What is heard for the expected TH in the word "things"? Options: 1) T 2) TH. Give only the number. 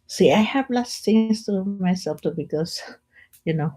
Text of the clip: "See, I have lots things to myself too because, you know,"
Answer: 1